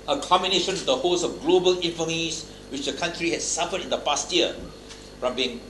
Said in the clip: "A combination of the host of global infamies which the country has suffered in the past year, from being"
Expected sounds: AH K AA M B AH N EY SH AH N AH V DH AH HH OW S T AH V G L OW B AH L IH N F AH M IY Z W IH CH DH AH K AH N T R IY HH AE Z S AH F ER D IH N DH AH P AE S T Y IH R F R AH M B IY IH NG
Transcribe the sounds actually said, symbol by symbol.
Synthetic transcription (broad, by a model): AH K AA M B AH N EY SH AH N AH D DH AH HH OW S AH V G L OW B AH L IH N F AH M IY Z W IH CH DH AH K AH N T R IY HH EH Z S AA F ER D IH N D AH P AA S T Y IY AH F R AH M B IY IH NG